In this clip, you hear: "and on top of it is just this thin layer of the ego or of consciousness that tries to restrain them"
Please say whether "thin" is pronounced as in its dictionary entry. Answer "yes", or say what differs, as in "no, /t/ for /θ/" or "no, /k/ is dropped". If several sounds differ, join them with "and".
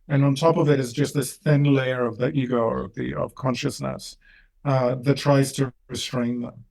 yes